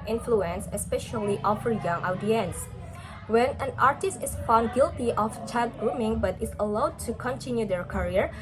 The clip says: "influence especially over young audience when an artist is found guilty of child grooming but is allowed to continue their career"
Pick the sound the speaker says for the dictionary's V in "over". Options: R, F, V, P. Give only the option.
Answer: F